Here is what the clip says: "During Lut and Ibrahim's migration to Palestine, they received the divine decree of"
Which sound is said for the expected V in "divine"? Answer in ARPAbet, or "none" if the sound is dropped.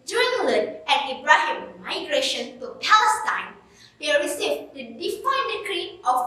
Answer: F